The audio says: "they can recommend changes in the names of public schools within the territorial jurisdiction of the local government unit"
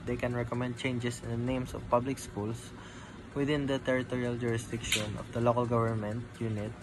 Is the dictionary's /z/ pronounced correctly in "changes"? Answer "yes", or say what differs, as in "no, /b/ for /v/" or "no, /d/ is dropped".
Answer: no, /s/ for /z/